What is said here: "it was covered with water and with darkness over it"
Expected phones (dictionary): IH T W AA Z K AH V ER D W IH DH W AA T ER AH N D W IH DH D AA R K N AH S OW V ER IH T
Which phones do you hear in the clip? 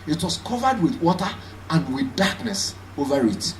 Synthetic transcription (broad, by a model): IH T W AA S K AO V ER D W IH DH W AA T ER AH N D W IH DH D AA K N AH S OW V ER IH T